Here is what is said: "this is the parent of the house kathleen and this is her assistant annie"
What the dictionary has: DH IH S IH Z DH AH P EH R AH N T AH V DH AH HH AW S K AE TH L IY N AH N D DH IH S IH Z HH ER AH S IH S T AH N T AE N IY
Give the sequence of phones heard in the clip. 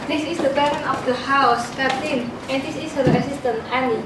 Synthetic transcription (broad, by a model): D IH S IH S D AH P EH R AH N AH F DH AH HH AW S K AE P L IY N AH N D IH S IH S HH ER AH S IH S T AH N AE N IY